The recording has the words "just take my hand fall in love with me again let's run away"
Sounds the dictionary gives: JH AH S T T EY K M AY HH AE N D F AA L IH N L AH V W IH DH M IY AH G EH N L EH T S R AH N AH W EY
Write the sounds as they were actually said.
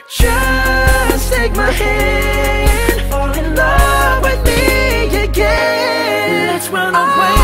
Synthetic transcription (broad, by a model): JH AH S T T EY K M AY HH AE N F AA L IH N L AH W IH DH M IY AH G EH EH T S W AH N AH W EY